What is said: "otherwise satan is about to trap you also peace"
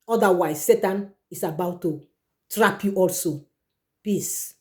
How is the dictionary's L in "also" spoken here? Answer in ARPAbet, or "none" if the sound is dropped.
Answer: L